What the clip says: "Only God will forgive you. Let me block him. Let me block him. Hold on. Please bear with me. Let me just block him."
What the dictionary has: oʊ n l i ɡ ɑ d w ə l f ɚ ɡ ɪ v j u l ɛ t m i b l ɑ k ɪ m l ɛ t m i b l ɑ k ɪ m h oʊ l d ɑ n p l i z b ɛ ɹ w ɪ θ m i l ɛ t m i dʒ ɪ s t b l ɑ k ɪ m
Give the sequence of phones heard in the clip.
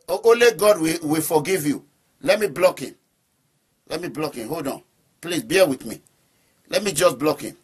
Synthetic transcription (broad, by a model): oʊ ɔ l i ɡ ɑ d w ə w f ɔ ɡ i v j u l ɛ t m i b l ɑ k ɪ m l ɛ t m i b l ɑ k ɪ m h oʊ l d ɑ n p l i s b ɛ w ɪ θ m i l ɛ t m i dʒ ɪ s b l ɑ k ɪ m